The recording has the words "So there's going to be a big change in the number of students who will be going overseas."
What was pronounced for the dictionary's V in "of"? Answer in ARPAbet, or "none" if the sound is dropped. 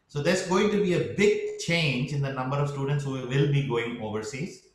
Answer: V